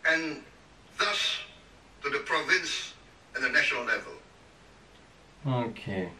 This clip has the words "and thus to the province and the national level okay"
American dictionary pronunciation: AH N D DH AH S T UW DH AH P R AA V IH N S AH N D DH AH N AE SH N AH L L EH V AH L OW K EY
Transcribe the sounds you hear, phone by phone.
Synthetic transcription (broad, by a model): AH N DH AH S T UW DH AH P R AA V IH N S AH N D DH AH N AE SH N AH L L EH V AH L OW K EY